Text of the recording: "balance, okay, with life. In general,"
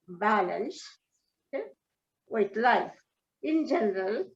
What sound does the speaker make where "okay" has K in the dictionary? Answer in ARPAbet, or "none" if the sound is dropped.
none